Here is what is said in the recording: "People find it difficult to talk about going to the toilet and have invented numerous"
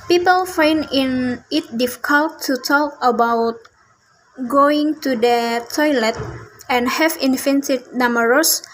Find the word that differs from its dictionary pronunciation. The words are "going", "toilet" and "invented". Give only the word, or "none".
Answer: invented